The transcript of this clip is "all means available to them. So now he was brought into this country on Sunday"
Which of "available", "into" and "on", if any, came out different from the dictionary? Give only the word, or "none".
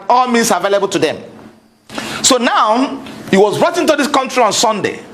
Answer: none